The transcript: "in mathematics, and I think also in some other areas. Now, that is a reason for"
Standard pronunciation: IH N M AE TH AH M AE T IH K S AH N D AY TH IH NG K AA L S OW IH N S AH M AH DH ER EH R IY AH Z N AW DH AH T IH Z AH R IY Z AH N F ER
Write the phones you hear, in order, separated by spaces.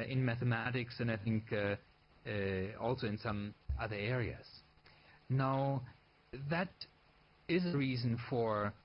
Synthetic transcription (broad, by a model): IH N M AE TH AH M AE T IH K S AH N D AY TH IH NG K AA L S OW IH N S AH M AH DH ER EH R IY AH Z N AW DH AH T IH Z AH R IY Z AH N F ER